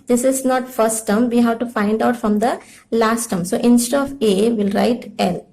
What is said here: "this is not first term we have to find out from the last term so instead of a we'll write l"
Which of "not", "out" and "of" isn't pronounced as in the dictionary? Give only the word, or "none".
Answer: none